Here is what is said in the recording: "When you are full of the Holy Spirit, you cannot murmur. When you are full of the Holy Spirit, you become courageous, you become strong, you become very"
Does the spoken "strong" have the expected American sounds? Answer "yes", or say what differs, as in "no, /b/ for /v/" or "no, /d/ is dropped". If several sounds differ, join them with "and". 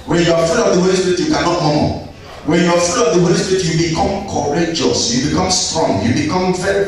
yes